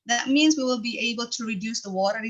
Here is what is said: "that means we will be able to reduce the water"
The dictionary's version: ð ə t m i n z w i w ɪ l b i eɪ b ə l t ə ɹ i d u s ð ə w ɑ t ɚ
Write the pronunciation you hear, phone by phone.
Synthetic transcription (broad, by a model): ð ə t m i n z w i w ɪ l b i eɪ b ə l t ə ɹ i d u s ð ə w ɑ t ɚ